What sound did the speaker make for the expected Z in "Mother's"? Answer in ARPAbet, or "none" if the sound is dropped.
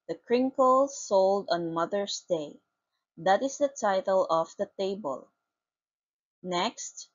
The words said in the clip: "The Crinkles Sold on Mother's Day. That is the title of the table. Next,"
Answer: S